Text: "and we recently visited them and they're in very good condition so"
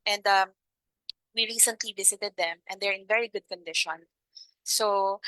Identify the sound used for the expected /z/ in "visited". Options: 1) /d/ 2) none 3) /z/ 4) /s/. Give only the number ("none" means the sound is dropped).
4